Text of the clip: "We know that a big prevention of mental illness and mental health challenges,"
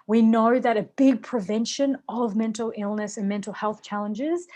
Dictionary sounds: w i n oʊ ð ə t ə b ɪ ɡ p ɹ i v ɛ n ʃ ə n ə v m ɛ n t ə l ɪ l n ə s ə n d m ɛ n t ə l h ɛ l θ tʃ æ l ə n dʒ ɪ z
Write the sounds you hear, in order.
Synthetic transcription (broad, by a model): w i n oʊ ð ə t ə b ɪ ɡ p ɹ i v ɛ n ʃ ə n ə v m ɛ n t l ɪ l n ə s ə n m ɛ n t l h ɛ l θ tʃ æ l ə n dʒ ɪ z